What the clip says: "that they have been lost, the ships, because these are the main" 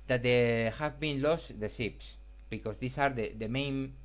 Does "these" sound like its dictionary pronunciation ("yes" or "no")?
no